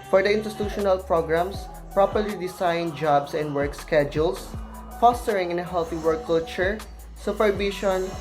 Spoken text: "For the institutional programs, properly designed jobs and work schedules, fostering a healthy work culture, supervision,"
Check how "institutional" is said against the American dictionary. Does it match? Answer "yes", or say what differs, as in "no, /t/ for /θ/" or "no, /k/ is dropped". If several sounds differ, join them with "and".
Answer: no, /s/ is dropped